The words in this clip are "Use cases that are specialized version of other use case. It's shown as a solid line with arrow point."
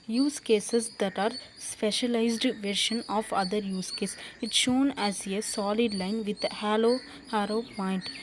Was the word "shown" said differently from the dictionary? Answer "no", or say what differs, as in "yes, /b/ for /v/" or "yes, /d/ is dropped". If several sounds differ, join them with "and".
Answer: no